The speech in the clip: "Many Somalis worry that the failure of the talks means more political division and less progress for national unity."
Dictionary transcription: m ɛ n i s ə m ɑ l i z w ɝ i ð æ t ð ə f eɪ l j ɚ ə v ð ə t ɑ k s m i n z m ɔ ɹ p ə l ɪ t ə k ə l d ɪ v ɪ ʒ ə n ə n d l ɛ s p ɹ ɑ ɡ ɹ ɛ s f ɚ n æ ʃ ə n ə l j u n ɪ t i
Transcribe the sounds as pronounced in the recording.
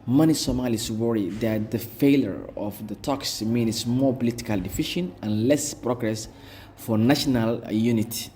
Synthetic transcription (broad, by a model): m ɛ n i s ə m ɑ l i s w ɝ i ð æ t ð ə f eɪ l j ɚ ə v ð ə t ɑ k s m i n s m ɔ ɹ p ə l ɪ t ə k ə l d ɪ f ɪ ʃ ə n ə n l ɛ s p ɹ ɑ ɡ ɹ ɛ s f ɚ n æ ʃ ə n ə l j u n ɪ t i